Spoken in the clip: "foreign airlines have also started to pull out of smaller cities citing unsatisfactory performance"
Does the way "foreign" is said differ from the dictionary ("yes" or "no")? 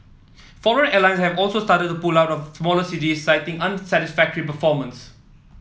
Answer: yes